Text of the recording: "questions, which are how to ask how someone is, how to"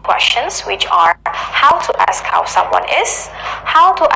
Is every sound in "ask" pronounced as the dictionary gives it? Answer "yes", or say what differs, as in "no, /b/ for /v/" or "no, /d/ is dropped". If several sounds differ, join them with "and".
yes